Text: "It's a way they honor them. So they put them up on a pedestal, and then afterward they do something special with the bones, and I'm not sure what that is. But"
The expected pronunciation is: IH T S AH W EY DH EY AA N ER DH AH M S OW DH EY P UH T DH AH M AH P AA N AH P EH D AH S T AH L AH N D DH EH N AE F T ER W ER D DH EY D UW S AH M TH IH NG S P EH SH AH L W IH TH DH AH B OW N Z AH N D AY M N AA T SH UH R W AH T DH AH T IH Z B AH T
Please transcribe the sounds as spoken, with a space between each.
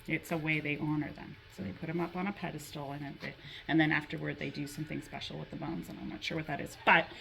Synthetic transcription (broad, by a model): IH T S AH W EY DH EY AA N ER DH AH M S OW DH EY P UH T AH M AH P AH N AH P EH D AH S T L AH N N DH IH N AE F T ER W ER D DH EY D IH S AH M TH IH NG S P EH SH L W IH DH AH B OW N Z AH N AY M N AA T SH UH R W AH T DH AH T IH Z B AH T